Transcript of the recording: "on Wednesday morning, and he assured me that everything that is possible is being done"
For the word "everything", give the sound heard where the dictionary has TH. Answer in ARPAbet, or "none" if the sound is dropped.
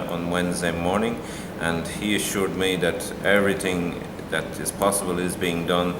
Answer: TH